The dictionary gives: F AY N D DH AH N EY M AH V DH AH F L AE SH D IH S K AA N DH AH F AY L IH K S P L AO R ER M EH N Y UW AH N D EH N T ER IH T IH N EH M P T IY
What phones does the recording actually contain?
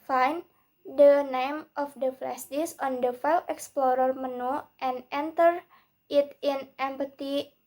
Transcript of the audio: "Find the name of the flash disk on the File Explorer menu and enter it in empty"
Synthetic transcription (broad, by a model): F AY N D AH N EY M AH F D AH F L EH S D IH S AA N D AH F AY L IH K S P L AO R ER M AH N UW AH N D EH N T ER IH T IH N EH M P T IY